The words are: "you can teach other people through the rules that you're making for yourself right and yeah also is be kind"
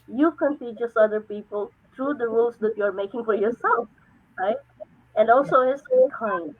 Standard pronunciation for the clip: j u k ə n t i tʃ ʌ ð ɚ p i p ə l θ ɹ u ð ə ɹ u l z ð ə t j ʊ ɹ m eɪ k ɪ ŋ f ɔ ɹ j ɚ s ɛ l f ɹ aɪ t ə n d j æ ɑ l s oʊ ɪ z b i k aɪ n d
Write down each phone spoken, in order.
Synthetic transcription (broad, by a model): j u k ə n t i s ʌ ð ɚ p i p ə l t ɹ u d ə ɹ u l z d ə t j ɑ ɹ m eɪ k ɪ ŋ f ɔ ɹ j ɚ s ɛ l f ɹ aɪ t ə n d ɑ l s oʊ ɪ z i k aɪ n